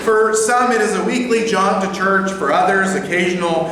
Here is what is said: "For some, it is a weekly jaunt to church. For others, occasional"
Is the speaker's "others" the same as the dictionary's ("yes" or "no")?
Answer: yes